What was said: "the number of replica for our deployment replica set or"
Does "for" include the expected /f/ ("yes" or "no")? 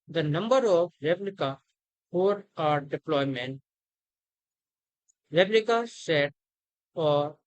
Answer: no